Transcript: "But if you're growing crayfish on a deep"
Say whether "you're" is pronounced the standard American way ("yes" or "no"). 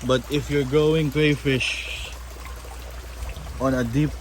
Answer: yes